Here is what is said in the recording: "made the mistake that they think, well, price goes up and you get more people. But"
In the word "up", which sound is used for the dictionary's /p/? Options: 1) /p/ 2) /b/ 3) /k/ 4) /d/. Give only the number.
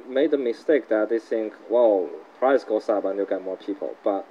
2